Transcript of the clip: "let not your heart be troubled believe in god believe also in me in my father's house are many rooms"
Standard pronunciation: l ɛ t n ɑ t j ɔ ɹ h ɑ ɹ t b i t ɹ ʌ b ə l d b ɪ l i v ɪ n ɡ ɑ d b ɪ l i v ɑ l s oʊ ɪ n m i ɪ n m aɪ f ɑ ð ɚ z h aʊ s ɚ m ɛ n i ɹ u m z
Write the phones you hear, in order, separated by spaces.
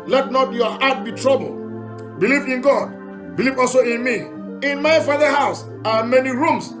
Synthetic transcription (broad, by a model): l ɛ t n ɑ t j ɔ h ɑ t b i t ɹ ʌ b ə l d b ɪ l i v ɪ n ɡ ɑ d b ɪ l i v ɑ l s oʊ ɪ n m i ɪ n m aɪ f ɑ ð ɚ h aʊ s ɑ m ɛ n i ɹ u m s